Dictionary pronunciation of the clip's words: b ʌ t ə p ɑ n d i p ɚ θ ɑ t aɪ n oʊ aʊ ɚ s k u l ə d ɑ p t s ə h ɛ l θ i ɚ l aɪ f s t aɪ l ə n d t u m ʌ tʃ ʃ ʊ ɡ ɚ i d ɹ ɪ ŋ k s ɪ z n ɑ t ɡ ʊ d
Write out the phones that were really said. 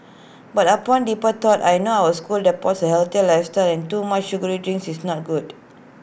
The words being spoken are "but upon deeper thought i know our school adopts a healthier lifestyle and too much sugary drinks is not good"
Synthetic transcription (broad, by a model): b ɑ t ə p ɑ n d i p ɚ t ɑ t aɪ n oʊ aʊ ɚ s k u l d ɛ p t s ə h ɛ l t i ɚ l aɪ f s t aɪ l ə n t u m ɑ tʃ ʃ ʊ ɡ ɚ i d ɹ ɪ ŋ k s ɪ s n ɑ t ɡ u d